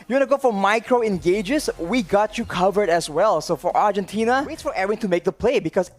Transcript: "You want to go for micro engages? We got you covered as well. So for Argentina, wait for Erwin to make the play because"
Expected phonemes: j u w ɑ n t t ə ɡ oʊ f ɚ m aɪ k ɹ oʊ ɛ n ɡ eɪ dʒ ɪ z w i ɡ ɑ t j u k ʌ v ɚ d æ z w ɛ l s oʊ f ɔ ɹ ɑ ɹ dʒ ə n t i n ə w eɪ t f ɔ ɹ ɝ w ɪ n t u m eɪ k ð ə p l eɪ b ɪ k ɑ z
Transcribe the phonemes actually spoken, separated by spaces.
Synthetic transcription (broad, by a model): j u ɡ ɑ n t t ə ɡ oʊ f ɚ m aɪ k ɹ oʊ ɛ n ɡ eɪ dʒ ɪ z w i ɡ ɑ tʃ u k ʌ v ɚ d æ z w ɛ l s oʊ f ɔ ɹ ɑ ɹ dʒ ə n t i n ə w eɪ t f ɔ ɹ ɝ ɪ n t u m eɪ k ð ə p l eɪ b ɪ k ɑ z